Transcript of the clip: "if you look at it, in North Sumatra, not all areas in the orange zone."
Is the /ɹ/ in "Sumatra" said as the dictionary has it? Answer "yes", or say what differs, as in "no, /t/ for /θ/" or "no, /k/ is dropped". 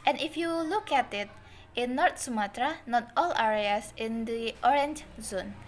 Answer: yes